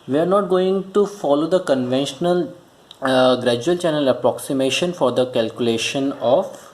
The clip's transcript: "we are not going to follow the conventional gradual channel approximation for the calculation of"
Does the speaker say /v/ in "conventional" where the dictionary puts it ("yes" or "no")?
yes